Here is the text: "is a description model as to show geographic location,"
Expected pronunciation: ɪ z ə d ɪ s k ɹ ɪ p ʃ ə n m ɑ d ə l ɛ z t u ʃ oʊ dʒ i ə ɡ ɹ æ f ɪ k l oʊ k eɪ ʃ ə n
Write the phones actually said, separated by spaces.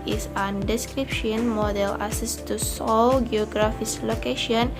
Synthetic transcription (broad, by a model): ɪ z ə d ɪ s k ɹ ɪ p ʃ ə n m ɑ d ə l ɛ s t u s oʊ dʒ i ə ɡ ɹ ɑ f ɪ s l oʊ k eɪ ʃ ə n